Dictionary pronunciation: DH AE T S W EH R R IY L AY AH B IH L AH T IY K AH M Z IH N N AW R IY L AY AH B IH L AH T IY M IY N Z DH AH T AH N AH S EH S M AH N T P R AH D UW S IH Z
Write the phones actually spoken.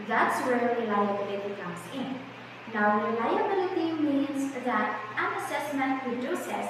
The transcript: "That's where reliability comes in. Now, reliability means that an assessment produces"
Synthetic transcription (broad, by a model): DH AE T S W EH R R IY L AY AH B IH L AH T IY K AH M S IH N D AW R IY L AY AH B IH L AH T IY M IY N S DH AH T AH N AH S EH S M AH N T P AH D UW S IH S